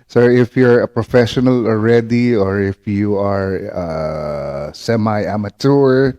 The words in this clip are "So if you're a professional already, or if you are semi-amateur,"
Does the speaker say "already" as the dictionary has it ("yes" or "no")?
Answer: yes